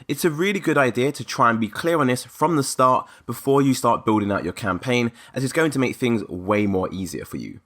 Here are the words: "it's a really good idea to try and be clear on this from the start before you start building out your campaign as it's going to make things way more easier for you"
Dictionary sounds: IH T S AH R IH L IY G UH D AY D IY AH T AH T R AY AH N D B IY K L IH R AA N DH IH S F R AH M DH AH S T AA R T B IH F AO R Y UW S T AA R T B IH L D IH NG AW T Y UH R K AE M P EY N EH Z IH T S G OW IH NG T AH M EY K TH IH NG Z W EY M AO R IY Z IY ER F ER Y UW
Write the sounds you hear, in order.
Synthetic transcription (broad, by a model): IH T S AH R IH L IY G UH D AY D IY AH T AH T R AY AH N B IY K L IH R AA N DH IH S F R AH M DH AH S T AA T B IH F AO Y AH S T AA T B IH L D IH NG AW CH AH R K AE M P EY N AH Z IH T S G OW IH NG T AH M EY K TH IH NG Z W EY M AO R IY Z IY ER F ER Y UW